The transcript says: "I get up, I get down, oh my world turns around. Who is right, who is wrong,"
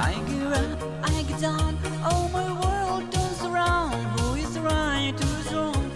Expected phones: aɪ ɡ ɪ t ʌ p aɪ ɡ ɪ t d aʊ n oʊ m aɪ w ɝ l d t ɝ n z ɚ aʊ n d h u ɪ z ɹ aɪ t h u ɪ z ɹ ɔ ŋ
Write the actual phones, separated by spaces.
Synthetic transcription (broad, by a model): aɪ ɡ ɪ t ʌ aɪ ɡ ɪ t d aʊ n oʊ m aɪ w ɝ l d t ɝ z ɚ aʊ n d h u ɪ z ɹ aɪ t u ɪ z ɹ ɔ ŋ